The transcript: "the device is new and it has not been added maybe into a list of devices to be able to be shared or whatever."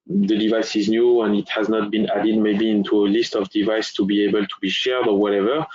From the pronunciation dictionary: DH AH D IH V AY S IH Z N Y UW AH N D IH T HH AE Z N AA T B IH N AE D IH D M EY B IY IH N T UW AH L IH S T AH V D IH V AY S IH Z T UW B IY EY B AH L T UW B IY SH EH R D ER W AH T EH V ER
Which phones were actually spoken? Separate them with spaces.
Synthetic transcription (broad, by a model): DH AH D IH V AY S IH Z N Y UW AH N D IH T HH AE Z N AA T B IH N AE D IH D M EY B IY IH N T UW AH L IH S T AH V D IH V AY S T UW B IY EY B AH L T UW B IY SH EH R D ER W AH T EH V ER